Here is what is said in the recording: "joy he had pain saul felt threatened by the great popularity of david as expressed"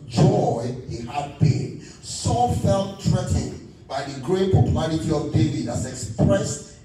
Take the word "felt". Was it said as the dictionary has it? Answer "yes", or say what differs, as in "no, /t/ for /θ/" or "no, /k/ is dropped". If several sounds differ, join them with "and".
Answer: yes